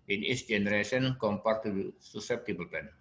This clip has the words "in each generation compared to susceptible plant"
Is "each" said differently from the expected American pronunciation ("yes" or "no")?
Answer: yes